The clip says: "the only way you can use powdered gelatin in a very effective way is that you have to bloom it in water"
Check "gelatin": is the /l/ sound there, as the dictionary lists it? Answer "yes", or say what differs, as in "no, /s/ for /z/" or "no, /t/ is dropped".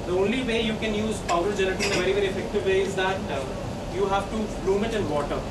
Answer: no, /n/ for /l/